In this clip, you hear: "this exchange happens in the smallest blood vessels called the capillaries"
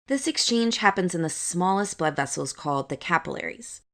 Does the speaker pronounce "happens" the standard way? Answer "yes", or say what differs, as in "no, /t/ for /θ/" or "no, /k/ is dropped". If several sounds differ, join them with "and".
yes